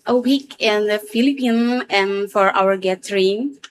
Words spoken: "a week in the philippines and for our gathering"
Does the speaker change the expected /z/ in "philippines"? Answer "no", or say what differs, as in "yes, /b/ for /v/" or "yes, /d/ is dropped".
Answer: yes, /z/ is dropped